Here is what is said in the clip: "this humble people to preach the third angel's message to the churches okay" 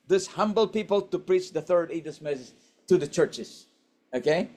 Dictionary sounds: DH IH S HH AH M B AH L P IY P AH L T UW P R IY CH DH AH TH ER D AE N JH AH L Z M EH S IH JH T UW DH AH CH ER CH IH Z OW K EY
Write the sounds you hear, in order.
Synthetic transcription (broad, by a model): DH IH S HH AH M B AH L P IY P AH L T UW P R IY CH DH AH TH ER D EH JH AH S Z M EH S IH JH T UW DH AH CH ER CH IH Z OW K EY